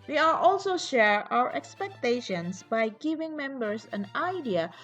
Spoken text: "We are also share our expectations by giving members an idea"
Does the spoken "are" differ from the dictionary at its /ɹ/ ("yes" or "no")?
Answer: yes